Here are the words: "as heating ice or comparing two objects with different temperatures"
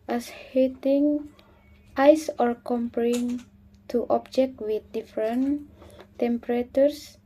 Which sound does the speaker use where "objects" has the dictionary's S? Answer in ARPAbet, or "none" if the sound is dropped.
none